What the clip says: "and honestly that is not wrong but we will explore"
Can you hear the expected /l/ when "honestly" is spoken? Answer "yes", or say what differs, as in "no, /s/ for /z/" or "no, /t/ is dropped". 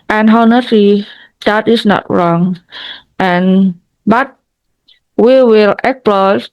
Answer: no, /l/ is dropped